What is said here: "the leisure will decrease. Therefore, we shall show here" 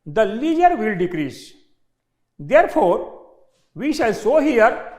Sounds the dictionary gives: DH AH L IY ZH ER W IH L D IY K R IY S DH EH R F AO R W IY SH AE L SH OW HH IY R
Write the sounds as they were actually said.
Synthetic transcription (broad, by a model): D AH L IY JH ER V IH L D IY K R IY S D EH R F AO R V IY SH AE L S OW HH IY R